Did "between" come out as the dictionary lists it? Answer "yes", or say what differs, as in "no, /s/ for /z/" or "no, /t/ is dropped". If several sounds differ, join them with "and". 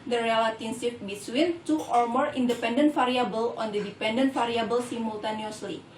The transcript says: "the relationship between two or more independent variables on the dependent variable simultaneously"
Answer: no, /s/ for /t/